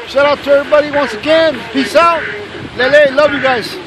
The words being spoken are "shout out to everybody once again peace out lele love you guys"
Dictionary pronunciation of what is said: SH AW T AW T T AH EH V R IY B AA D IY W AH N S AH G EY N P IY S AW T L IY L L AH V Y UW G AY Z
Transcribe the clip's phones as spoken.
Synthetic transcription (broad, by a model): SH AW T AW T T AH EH R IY B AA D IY W AH N S AH G EY N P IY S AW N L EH L L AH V Y UW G AY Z